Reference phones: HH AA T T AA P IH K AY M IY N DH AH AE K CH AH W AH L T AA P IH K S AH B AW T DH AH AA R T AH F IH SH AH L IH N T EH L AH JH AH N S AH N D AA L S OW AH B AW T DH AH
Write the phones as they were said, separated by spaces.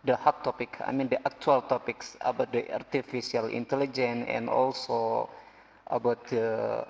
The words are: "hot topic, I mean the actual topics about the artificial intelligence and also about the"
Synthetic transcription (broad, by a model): HH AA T T AA P IH K AY M IY N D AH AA K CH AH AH L T AA P IH K S AH B AW T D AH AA R T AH F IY S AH L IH N T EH L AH JH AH N AH N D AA L S OW AH B AW T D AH